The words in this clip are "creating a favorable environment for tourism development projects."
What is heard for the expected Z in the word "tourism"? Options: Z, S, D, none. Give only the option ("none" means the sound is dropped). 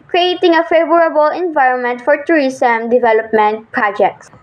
S